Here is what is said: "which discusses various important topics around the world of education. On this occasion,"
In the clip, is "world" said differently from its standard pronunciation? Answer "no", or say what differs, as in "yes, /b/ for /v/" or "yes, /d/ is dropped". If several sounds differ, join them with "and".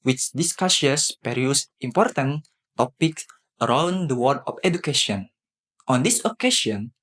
yes, /l/ is dropped